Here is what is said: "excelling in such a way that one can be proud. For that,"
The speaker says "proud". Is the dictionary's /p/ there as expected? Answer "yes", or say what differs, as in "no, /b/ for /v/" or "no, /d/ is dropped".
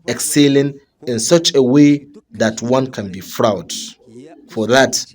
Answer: no, /f/ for /p/